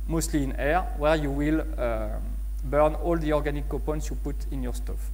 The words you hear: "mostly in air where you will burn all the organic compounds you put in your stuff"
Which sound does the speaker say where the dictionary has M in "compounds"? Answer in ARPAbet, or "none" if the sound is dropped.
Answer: none